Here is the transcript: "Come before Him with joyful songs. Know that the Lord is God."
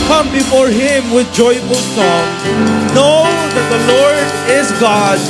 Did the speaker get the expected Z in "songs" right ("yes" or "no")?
no